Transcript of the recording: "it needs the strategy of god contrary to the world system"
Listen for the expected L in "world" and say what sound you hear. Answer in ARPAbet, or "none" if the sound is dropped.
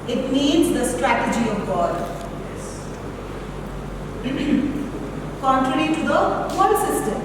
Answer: none